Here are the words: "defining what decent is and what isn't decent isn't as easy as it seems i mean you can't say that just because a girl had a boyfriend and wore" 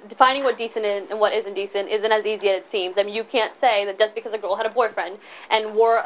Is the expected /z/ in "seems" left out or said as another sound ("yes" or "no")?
no